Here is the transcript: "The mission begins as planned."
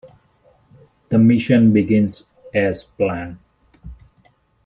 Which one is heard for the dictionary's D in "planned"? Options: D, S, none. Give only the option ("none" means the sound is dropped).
none